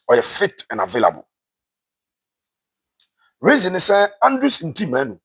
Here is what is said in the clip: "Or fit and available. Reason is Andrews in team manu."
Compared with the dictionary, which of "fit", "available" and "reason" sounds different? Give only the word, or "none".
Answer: none